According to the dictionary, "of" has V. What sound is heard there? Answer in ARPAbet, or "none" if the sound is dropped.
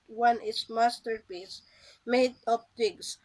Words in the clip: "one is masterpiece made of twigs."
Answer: P